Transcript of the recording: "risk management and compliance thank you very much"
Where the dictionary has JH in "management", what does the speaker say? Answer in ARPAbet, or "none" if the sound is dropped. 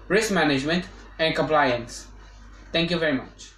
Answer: JH